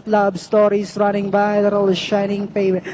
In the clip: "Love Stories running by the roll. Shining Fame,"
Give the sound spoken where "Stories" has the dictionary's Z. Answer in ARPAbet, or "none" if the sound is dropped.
S